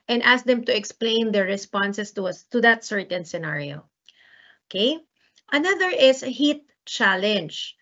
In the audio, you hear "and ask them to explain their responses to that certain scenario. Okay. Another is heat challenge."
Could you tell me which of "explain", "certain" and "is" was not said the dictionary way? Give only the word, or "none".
is